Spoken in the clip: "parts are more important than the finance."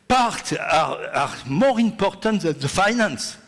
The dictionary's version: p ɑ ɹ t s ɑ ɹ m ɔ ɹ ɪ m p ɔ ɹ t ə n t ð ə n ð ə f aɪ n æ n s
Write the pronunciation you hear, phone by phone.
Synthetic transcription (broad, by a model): p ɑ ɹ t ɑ ɑ ɹ m ɔ ɹ ɪ m p ɔ ɹ t ə n t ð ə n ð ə f aɪ n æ n s